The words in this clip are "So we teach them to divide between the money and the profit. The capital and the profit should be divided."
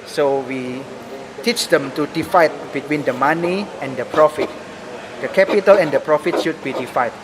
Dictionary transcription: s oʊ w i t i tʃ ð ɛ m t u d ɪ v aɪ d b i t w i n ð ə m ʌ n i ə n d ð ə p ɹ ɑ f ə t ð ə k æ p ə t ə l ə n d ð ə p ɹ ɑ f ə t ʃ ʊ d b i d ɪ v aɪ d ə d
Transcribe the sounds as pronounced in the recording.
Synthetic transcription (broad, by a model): s oʊ w i t i tʃ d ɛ m t u d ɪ f aɪ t b i t w i n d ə m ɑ n i ə n d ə p ɹ ɑ f ə t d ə k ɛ p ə t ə l ə n d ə p ɹ ɑ f ə t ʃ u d b i d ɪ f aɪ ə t